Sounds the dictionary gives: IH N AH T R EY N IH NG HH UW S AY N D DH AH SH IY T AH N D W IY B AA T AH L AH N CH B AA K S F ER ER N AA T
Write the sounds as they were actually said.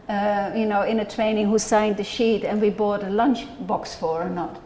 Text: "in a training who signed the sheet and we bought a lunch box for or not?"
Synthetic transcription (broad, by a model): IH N AH T R EY N IH NG HH UW S AY N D DH AH SH IY T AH N W IY B AA T AH L AH N CH B AA K S F ER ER N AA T